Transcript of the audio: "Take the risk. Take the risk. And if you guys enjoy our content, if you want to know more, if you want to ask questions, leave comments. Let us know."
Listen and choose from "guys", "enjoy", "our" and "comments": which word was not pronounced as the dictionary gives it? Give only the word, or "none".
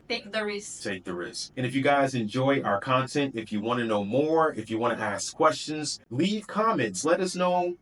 none